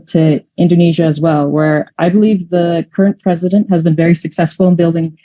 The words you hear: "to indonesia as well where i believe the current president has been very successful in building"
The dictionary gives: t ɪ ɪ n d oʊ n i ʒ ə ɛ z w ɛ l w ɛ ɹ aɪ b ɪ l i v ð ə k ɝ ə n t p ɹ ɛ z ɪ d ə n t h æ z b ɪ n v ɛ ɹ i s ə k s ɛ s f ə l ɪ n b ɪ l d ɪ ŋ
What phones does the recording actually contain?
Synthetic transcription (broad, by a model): t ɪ ɪ n d oʊ n i ʒ ə z w ɛ l w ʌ ɹ aɪ b ɪ l i v ð ə k ɝ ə n p ɹ ɛ z ɪ d ə n t h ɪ z b ɪ n v ɛ ɹ i s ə k s ɛ s f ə l ɪ n b ɪ l d ɪ ŋ